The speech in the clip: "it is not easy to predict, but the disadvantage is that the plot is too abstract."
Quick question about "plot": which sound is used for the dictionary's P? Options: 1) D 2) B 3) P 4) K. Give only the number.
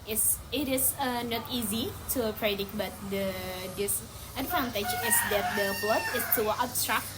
2